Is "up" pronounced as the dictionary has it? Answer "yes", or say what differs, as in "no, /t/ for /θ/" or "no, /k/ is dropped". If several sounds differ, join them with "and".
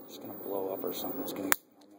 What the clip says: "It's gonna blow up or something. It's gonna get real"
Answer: yes